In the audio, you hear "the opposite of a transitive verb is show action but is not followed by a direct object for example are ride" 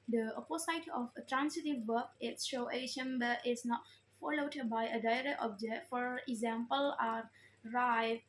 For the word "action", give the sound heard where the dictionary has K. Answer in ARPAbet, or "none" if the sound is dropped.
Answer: none